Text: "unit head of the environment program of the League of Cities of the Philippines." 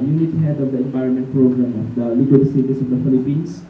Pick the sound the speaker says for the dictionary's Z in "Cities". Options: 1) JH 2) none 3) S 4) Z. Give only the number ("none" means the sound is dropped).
3